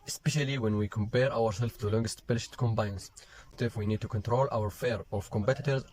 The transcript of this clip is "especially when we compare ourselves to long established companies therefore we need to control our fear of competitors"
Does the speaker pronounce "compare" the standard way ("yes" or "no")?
yes